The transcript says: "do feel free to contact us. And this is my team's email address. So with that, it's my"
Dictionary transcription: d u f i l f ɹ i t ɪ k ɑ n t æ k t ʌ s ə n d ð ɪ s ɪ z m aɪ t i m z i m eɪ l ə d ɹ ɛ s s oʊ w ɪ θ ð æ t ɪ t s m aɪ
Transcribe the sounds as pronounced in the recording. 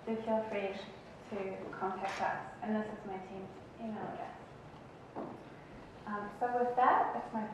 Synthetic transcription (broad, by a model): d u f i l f ɹ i t ɪ k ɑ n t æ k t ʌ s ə n ð ɪ s ɪ z m aɪ t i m i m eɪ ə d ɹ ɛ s s oʊ w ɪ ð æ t ɪ t s m aɪ